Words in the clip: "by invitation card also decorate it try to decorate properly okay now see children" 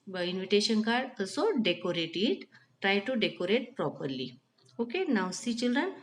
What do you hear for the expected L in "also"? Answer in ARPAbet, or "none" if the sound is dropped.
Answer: none